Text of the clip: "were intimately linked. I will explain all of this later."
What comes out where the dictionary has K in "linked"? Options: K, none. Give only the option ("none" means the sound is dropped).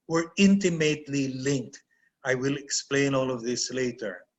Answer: K